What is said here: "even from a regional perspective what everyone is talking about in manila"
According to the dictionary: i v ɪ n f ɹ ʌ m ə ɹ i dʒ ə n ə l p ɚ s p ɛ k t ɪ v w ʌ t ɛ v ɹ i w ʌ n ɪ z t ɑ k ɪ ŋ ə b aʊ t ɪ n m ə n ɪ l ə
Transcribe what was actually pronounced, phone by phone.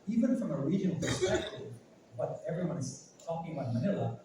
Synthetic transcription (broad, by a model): i v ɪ n f ɹ ʌ m ə ɹ i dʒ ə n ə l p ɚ s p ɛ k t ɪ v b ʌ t ɛ v ɹ i w ʌ n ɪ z t ɑ k ɪ ŋ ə ʊ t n m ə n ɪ l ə